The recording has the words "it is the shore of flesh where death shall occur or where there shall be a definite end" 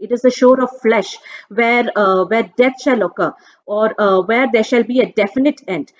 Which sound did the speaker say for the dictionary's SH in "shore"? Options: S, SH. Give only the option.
SH